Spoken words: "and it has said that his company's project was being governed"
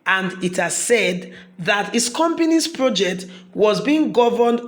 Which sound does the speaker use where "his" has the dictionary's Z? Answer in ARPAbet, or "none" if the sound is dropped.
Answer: S